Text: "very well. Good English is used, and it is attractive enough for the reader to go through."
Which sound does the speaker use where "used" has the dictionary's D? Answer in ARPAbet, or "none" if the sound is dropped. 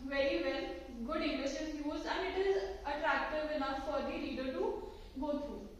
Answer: none